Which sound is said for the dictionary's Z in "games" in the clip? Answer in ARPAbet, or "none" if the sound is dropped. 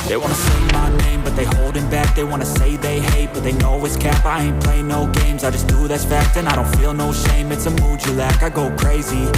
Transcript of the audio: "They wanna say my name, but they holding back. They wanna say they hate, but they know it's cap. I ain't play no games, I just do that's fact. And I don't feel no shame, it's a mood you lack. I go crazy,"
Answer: Z